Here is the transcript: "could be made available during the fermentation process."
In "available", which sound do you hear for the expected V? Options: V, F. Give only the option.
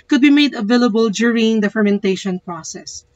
V